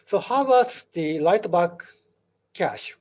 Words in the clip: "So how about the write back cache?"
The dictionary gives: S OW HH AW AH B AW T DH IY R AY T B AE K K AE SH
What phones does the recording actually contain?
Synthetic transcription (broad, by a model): S OW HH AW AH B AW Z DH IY L AY T B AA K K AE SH